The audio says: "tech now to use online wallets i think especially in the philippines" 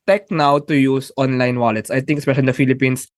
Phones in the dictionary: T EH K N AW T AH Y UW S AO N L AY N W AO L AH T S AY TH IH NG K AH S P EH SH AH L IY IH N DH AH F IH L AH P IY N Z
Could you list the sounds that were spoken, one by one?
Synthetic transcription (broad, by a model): T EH K N AW T AH Y UW S AO N L AY N W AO L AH T S AY T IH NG K AH S P EH SH AH L IY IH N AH F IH L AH P IY N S